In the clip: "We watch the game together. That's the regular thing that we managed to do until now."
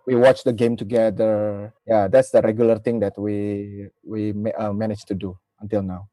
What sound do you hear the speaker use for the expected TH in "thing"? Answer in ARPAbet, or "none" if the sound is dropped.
T